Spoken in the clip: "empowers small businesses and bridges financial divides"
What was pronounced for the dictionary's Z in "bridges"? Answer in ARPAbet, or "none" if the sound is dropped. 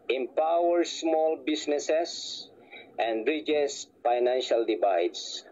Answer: S